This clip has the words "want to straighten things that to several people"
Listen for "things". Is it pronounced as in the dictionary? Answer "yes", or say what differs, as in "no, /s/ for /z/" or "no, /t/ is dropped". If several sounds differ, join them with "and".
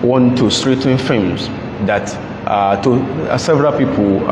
no, /f/ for /θ/